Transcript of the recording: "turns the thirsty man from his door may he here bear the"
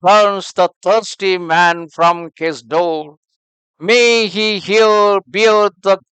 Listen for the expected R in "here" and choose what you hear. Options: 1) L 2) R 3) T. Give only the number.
1